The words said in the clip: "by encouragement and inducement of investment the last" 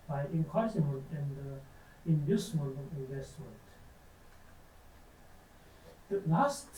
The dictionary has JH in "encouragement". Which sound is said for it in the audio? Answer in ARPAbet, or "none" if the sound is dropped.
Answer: none